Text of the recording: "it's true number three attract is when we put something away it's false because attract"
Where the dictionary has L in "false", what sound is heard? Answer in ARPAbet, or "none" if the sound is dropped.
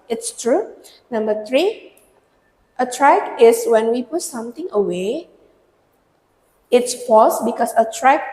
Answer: none